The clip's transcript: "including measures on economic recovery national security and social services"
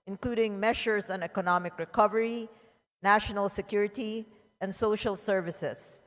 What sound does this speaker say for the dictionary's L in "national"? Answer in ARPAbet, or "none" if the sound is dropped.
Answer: L